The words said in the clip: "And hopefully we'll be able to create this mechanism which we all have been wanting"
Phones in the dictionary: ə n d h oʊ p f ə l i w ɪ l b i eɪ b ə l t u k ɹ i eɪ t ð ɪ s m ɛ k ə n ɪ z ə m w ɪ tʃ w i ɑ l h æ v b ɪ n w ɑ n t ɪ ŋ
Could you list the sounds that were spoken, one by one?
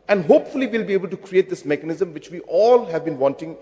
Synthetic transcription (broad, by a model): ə n d h oʊ p f ə l i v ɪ l b i eɪ b ə l t u k ɹ i eɪ t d ɪ s m ɛ k ə n ɪ z ə m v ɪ tʃ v i ɑ l h æ v b ɪ n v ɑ n t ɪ ŋ